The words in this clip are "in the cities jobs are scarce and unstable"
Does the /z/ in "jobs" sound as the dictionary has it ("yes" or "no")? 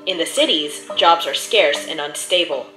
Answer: yes